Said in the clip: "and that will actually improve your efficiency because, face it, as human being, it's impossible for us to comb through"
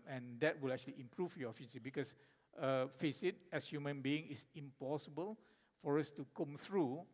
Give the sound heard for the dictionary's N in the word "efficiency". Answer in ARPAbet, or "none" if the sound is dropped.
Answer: none